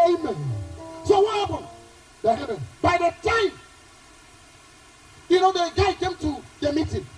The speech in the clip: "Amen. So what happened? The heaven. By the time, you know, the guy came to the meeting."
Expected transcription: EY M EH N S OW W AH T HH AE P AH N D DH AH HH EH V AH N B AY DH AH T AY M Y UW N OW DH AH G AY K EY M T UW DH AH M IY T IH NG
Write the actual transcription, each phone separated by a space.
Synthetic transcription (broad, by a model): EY M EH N S OW W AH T HH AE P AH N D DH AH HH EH P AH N B AY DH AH T AY M Y UW N OW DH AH G AY K EY M T UW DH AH M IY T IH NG